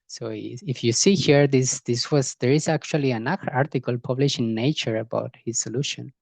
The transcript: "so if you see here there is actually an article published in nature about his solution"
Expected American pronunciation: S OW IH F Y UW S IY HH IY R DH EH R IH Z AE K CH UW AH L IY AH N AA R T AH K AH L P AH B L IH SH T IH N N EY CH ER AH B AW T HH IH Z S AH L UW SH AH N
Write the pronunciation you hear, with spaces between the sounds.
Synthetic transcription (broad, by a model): S OW IH F Y UW S IY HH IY R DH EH R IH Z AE K CH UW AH L IY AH N AA R T AH K AH L P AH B L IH SH IH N N EY CH ER AH B AW T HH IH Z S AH L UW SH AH N